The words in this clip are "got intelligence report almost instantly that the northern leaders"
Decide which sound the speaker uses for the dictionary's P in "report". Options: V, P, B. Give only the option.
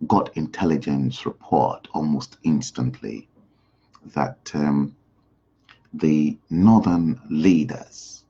P